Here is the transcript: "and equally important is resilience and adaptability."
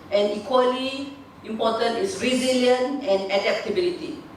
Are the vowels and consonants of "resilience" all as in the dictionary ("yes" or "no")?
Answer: no